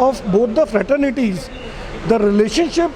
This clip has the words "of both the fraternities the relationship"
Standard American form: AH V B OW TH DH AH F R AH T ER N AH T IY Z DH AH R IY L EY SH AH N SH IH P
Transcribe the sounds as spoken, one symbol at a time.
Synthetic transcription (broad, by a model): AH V B OW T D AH F R AH T ER N AH T IY Z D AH R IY L EY SH AH N SH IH P